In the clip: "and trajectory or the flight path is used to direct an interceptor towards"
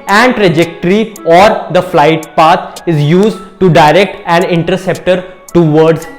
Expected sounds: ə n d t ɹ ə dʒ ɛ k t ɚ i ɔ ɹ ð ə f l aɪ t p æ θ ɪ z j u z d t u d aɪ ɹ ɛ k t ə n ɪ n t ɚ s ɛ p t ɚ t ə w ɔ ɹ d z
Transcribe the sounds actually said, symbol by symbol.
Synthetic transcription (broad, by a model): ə n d t ɹ ə dʒ ɛ k t ɚ i ɔ ɹ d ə f l aɪ t p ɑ t ɪ z j u z d t u d aɪ ɹ ɛ k t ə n ɪ n t ɚ s ɛ p t ɚ t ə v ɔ ɹ d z